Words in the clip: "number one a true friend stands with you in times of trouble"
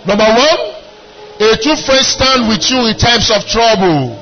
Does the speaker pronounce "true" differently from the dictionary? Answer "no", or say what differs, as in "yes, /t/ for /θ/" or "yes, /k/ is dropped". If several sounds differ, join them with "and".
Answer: yes, /ɹ/ is dropped